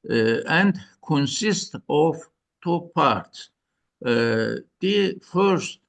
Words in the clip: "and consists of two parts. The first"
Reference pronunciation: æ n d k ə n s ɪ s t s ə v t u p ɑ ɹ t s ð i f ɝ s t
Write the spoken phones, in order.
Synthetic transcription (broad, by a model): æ n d k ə n s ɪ s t ə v t u p ɑ ɹ t s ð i f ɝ s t